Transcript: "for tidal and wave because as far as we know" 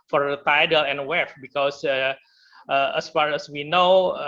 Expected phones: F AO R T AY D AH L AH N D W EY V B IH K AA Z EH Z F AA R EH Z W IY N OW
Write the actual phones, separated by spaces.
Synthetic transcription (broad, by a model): F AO R T AY D AH L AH N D W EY F B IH K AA S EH S F AA R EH S W IY N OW